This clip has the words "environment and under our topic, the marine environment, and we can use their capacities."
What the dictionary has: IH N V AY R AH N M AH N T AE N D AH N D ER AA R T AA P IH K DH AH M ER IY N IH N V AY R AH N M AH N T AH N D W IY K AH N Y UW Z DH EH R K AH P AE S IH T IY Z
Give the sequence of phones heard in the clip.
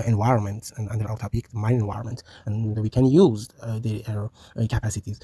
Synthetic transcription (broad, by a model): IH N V AY R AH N M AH N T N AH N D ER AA L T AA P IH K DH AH M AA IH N IH N V AY R AH N M AH N T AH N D W IY K AH N Y UW Z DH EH R K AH P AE S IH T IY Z